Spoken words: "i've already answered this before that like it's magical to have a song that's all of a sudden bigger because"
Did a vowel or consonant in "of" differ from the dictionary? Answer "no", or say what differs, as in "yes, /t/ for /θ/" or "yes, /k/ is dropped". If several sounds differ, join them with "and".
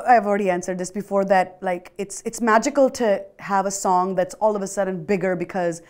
no